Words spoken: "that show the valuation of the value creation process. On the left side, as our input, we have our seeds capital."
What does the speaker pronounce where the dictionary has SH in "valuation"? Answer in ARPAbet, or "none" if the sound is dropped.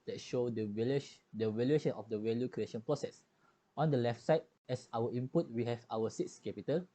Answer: SH